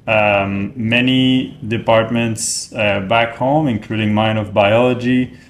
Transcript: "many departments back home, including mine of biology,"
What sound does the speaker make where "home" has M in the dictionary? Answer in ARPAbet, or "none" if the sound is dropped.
M